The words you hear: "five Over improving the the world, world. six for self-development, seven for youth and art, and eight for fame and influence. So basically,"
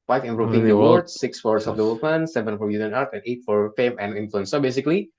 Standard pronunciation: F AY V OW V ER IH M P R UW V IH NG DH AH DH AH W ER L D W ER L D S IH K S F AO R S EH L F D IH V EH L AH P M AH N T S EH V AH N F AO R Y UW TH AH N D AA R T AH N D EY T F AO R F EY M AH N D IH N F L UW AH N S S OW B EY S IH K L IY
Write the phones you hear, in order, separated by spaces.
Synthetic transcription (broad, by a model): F AY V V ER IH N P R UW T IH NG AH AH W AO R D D S IH K S F AO R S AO F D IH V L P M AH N S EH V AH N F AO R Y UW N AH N AA R T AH N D EY T F AO R F EY M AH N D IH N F L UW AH N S S OW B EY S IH K L IY